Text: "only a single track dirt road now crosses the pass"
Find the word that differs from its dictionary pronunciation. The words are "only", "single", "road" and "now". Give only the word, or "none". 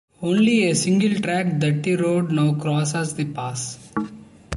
none